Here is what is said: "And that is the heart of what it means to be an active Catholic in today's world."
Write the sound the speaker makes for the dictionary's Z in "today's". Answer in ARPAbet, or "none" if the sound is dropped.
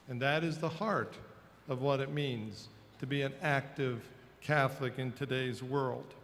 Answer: Z